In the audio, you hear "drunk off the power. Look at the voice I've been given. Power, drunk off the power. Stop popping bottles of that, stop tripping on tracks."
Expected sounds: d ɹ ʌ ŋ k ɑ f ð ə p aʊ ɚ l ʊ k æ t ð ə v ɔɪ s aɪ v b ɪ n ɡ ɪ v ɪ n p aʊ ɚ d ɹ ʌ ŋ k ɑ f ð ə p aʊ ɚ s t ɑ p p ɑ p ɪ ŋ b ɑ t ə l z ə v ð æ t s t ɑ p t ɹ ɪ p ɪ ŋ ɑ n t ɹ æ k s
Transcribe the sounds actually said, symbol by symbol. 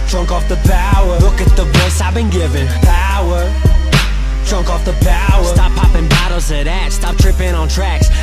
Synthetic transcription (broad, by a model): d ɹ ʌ ŋ k ɑ f ð ə p aʊ ɚ l ʊ k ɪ t ð ə b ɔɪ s aɪ v b ɪ n ɡ ɪ v ɪ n p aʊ ɚ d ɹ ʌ ŋ k ɑ f ð ə p aʊ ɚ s t ɑ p p ɑ p ɪ ŋ b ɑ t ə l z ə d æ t s t ɑ p t ɹ ɪ p ɪ ŋ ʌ n t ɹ æ k s